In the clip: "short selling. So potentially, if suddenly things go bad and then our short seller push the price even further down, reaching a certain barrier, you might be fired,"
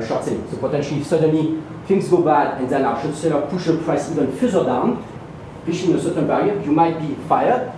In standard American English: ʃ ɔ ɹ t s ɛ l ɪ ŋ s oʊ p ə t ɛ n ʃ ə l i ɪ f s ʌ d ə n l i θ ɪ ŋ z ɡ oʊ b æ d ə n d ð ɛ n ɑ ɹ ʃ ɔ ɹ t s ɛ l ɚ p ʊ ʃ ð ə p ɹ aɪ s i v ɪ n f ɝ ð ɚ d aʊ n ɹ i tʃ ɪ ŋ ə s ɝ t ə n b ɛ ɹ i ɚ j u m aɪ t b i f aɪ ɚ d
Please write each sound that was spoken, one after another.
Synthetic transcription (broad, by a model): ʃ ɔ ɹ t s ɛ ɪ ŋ s oʊ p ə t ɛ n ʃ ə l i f s ʌ d ə n l i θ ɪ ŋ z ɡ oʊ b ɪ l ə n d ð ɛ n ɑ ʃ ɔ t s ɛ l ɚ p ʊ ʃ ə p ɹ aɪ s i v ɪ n f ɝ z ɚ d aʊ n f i ʃ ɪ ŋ ə s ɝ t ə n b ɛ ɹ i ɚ j u m aɪ t b i f aɪ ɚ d